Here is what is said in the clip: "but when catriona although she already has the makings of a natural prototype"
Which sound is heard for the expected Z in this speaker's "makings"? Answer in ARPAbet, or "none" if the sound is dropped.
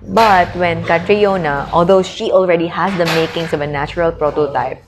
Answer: S